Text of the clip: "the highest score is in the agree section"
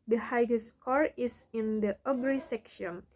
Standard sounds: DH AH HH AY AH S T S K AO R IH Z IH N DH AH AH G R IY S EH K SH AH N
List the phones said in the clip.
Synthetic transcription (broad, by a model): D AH HH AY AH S S K AO R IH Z IH N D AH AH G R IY S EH K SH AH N